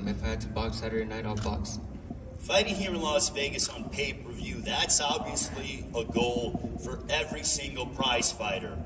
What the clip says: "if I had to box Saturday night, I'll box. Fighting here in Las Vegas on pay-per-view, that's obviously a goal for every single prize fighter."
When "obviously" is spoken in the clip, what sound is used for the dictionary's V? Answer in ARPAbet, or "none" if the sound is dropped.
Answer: V